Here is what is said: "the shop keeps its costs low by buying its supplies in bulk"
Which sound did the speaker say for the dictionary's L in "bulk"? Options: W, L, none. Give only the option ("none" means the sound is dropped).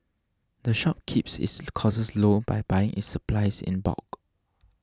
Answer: none